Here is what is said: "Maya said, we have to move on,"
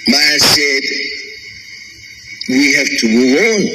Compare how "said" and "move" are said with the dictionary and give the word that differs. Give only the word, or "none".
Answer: move